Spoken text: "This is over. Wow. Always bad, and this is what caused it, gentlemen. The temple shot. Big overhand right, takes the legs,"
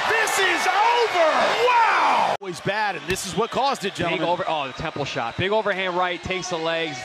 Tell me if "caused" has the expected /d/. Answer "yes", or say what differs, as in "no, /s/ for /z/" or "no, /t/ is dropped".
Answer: yes